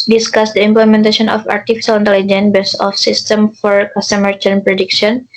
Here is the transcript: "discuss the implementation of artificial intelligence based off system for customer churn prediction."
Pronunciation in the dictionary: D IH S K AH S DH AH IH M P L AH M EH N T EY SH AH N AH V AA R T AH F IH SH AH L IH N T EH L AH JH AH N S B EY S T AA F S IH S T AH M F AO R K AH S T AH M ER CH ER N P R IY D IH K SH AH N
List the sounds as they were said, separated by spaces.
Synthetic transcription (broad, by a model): D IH S K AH S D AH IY M P L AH M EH N T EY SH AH N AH F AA R T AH F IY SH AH L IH N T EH L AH JH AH N B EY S AA F S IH S T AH M F AO R K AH S T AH M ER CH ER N P R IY D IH K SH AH N